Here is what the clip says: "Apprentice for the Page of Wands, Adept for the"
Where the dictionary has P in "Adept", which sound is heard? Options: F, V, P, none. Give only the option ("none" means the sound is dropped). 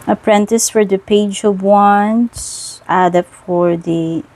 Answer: none